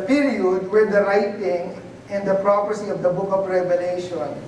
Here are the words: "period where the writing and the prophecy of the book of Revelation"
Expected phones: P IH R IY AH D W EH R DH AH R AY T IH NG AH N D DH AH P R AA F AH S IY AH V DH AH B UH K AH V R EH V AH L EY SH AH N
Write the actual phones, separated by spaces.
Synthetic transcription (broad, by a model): P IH R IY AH D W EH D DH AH R AY T IH NG AH N D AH P R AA P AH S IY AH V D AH B UH K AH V R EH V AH L EY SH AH N